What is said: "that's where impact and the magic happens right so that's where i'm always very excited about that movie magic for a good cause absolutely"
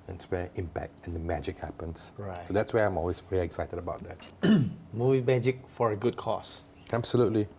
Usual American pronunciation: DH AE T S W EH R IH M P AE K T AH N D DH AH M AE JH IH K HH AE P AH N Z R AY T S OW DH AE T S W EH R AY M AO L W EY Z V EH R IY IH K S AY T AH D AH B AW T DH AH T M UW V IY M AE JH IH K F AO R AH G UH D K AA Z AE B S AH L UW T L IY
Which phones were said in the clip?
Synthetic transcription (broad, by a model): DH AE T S W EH IH M P AE K T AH N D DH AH M AE JH IH K HH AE P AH N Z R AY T S OW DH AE T S W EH AY M AO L W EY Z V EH L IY IH K S AY T AH D AH B AW T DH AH T M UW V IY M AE JH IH K F AO R AH G UH D K AA S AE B S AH L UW T L IY